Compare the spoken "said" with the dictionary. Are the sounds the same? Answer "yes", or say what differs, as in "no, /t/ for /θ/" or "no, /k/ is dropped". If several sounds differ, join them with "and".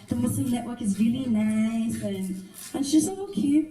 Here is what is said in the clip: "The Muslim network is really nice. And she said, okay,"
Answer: no, /d/ is dropped